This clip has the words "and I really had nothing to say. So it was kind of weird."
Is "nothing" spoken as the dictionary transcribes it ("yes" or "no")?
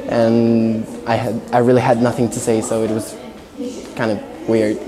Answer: yes